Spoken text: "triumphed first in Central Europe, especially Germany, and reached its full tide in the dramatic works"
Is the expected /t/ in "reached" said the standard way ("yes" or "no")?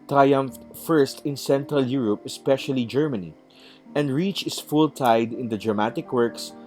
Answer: no